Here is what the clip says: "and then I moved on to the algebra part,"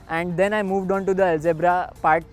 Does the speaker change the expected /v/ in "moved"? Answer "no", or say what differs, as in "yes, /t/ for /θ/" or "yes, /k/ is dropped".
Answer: no